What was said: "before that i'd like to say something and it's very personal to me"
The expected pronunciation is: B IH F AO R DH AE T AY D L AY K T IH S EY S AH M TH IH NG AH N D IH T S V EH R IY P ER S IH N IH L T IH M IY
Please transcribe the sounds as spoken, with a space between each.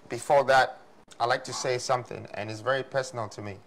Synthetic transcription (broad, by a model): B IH F AO R DH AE T AY L AY K T IH S EY S AH M TH IH NG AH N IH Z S V EH R IY P ER S N L T IH M IY